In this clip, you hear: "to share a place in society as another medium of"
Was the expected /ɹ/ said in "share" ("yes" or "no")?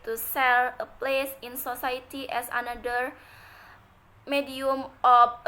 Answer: no